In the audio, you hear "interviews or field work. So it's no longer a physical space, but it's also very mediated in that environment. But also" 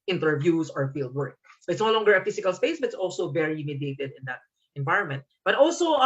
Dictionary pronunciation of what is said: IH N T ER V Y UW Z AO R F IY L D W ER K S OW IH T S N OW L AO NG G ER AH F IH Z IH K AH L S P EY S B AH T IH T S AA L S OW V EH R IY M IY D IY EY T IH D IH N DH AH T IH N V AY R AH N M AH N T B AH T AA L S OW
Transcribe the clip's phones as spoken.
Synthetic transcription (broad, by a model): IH N T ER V Y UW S AO R F IY L D W ER K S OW IH T S N OW L AO NG G ER AH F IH S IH K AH L S P EY S B AH T IH T S AA L S OW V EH R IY M IY D IY EY T IH D IH N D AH T IH N V AY R AH N M AH N T B AH T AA L S OW